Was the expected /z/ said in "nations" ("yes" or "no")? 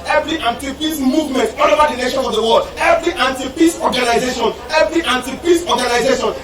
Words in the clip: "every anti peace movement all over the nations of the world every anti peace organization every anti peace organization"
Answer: no